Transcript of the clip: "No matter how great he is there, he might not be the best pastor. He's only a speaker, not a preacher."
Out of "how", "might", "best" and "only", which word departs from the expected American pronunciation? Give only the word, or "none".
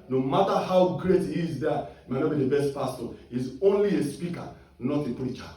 none